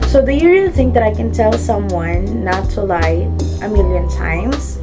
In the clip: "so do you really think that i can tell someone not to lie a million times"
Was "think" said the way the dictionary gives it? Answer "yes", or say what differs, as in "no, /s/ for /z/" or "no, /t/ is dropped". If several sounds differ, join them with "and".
yes